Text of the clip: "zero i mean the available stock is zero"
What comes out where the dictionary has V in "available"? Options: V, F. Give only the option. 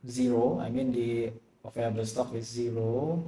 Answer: F